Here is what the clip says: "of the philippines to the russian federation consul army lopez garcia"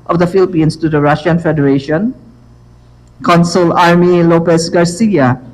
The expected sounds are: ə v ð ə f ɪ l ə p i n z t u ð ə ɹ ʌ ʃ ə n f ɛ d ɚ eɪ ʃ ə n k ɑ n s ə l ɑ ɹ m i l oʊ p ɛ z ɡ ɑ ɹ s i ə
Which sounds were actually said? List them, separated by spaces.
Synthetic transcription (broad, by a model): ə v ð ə f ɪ l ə p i n s t u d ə ɹ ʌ ʃ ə n f ɛ d ɚ eɪ ʃ ə n k ɑ n s ə l ɑ ɹ m i l oʊ p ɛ s ɡ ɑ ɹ s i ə